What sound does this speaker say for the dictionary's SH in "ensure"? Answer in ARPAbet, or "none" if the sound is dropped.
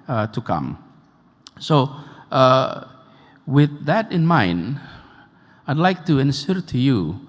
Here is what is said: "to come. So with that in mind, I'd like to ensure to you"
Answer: S